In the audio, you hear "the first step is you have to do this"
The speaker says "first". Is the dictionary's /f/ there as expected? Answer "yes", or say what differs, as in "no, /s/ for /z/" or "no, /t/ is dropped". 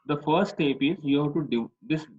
yes